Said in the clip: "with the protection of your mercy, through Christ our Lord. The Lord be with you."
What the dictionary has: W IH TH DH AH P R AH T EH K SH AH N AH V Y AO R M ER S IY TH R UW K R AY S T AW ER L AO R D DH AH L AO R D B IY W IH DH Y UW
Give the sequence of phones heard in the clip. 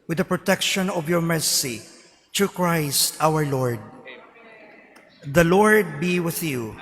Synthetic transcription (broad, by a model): W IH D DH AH P R AH T EH K SH AH N AH V Y AO R M ER S IY T R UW K R AY S T AW ER L AO R D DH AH L AO R D B IY W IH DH Y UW